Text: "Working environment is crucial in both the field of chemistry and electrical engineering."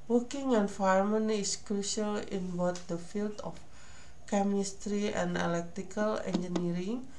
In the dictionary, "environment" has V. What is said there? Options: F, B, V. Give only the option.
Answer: F